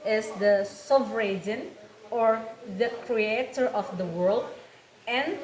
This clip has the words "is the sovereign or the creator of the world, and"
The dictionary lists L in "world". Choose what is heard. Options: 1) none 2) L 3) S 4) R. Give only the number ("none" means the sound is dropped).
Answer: 2